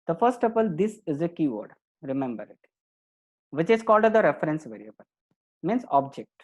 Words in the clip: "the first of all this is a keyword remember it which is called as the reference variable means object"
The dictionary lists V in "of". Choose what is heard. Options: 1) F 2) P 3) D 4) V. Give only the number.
2